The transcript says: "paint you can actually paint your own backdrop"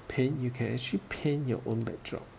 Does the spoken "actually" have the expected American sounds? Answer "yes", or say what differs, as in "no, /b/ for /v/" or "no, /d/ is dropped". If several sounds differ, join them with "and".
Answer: no, /k/ is dropped and /l/ is dropped